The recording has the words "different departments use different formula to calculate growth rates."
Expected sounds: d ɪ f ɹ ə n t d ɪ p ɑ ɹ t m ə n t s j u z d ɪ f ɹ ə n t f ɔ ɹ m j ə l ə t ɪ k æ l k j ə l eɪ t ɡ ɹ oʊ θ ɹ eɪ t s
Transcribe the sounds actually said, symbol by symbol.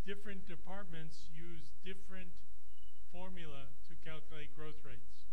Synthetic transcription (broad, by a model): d ɪ f ɹ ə n d ɪ p ɑ ɹ t m ə n t s j u z d ɪ f ɹ ə n t f ɔ ɹ m j l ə t ɪ k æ l k j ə l eɪ t ɡ ɹ oʊ θ ɹ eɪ t s